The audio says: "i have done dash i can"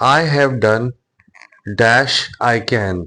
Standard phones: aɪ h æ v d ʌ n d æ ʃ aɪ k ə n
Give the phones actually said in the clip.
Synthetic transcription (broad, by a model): aɪ h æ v d ʌ n d æ ʃ aɪ k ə n